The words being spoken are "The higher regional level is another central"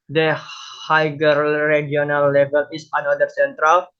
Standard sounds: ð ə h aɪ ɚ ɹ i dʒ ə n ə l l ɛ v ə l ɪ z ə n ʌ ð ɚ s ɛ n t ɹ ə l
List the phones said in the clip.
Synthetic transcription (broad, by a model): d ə h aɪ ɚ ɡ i ə n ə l l ɛ v ə l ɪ s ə n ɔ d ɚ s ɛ n t ɹ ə l